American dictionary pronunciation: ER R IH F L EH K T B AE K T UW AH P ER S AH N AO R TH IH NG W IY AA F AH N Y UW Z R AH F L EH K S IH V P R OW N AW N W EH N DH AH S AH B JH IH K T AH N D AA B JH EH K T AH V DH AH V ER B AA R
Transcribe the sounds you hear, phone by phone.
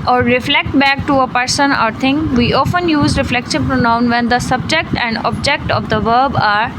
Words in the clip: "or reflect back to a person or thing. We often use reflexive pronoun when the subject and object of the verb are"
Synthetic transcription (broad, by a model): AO R IH F L EH K T B AE K T UW AH P ER S AH N AO R T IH NG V IY AA F AH N Y UW Z R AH F L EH K SH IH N P R OW N AW N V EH N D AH S AH B JH IH K T AH N D AA B JH EH K T AH V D AH V ER B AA R